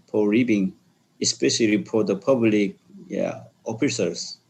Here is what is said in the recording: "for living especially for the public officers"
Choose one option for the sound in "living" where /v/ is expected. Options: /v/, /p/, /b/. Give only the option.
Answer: /b/